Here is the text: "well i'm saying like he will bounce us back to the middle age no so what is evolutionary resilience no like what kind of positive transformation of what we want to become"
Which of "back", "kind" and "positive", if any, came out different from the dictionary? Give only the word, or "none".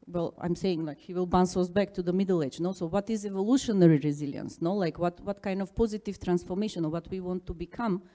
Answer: none